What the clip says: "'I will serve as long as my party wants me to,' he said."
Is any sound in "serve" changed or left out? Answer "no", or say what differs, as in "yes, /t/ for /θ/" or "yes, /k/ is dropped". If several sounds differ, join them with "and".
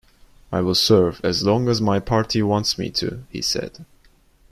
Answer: no